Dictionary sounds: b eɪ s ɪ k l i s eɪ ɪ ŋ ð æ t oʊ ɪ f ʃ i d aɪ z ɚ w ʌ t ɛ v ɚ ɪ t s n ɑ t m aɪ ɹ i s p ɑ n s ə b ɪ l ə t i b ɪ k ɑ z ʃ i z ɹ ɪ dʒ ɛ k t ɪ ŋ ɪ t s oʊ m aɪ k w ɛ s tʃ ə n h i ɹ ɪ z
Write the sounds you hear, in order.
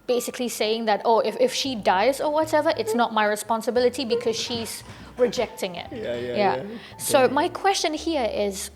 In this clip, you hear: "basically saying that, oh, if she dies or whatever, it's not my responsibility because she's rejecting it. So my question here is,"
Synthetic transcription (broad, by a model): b eɪ s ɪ k l i s eɪ ɪ ŋ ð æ t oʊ ɪ f ʃ i d aɪ z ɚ w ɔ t ɛ v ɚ ɪ t s n ɑ t m aɪ ɹ i s p ɑ n s ə b ɪ l ə t i b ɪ k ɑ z ʃ i z ɹ ɪ dʒ ɛ k t ɪ ŋ ɪ t s oʊ m aɪ k w ɛ s tʃ ə n h i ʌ ɪ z